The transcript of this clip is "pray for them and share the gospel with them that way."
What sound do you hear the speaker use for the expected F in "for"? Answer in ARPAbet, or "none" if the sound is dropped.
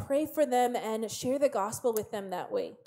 F